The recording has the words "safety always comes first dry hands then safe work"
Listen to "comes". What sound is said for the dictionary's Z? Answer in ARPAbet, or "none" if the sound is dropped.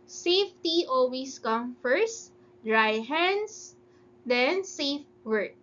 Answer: none